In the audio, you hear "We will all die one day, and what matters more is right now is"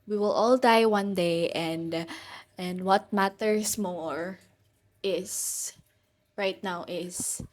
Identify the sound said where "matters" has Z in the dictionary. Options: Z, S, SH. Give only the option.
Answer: S